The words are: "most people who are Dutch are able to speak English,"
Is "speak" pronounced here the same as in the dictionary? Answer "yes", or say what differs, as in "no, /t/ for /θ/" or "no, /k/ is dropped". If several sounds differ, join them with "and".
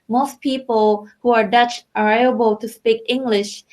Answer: yes